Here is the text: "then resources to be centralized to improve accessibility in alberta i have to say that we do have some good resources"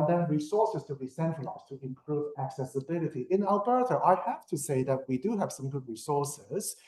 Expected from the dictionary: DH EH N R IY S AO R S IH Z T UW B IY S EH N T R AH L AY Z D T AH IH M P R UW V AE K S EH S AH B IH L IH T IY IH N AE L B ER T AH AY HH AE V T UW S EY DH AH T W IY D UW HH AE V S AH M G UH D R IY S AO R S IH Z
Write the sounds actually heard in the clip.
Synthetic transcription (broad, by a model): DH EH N R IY S AO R S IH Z T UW B IY S EH N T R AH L AY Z T AH IH M P R UW V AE K S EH S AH B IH L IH T IY IH N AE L B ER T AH AY HH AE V T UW S EY DH AH T W IY D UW HH AE V S AH M G UH D R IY S AO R S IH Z